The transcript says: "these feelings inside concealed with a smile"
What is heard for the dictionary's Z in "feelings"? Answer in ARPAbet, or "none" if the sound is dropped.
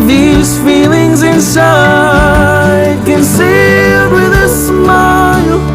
Z